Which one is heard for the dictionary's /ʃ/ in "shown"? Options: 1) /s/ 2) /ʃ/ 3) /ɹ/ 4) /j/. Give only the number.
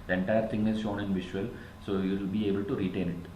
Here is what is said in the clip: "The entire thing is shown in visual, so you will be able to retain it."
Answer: 2